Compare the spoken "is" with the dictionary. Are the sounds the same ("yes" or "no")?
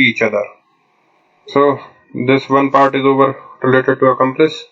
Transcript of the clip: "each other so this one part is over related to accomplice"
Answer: yes